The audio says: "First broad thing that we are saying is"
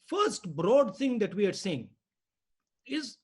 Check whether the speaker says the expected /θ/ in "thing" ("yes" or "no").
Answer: no